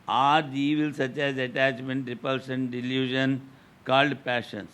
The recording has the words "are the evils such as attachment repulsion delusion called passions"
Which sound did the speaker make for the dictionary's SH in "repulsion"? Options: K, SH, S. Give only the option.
S